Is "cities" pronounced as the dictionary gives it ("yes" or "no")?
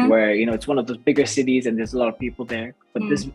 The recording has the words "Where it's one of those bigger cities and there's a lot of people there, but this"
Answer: yes